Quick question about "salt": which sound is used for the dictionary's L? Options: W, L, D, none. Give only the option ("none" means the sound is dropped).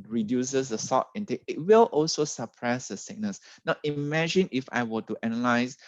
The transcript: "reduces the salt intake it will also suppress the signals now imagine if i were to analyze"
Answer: none